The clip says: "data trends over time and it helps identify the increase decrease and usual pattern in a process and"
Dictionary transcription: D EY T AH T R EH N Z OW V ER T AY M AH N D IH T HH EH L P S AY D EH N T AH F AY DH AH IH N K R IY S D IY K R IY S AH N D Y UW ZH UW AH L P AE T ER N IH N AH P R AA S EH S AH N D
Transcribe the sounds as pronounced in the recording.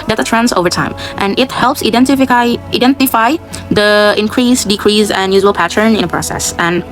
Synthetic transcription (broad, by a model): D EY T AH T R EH N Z OW V ER T AY M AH N IH T HH EH L P S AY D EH N T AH F AY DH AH IH N K R IY S D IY K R IY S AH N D Y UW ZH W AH L P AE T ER N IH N AH P R AA S EH S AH N